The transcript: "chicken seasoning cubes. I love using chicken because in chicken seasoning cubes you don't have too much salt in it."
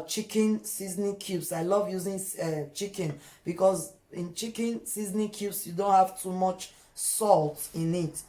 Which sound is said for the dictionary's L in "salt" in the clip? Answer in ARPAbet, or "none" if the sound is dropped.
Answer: L